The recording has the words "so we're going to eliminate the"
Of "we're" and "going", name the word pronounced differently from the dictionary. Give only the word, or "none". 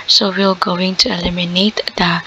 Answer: we're